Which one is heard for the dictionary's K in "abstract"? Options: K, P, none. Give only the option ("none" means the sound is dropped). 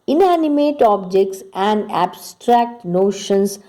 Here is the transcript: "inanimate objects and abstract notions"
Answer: K